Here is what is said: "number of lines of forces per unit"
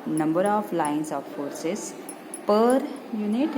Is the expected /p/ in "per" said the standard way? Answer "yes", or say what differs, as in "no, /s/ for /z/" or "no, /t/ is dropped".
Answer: yes